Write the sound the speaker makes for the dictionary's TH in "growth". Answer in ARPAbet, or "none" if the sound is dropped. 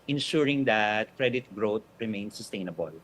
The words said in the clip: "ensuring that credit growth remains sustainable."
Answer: T